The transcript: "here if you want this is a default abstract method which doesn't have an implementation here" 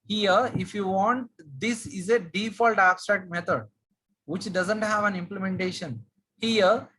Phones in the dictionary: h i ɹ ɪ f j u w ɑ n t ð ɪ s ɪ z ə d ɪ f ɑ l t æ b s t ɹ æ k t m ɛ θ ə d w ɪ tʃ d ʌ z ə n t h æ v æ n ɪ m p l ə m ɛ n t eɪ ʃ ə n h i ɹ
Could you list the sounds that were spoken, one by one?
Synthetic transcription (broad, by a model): h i ɹ ɪ f j u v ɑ n t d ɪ s ɪ z ə d ɪ f ɑ l t æ b s t ɹ æ k t m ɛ t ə d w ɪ tʃ d ʌ z ə n t h æ v æ n ɪ m p l ə m ɛ n t eɪ ʃ ə n h i ɹ